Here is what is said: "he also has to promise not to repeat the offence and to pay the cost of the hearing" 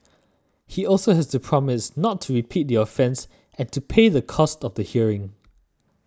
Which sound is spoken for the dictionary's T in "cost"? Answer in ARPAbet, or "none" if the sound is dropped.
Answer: T